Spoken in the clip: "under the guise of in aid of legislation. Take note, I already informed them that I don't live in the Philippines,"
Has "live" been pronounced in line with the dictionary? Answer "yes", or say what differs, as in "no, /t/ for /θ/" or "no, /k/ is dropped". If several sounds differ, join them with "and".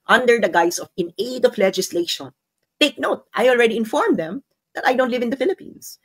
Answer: yes